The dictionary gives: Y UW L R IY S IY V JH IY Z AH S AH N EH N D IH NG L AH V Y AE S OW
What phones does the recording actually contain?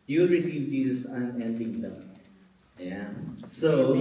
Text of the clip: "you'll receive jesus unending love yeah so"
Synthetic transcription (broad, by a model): Y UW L R IY S IY V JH IY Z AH S AH N EH N D IH NG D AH P Y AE S OW